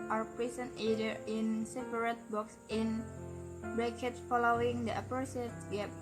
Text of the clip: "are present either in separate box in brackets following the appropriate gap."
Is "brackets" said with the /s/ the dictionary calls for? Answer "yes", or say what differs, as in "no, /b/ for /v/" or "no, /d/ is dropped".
no, /s/ is dropped